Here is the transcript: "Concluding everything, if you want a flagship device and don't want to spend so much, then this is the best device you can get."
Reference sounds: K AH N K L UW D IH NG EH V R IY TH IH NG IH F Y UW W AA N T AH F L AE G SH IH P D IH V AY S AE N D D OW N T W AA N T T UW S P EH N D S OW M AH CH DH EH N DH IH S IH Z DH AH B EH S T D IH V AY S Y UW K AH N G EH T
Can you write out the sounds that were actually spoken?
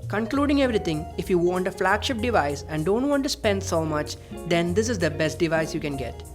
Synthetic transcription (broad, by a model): K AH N K L UW D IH NG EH V R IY T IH NG IH F Y UW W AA N T AH F L AE G SH IH P D IH V AY S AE N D D OW N T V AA N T T UW S P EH N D S OW M AH CH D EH N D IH S IH Z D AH B EH S T D IH V AY S Y UW K AH N G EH T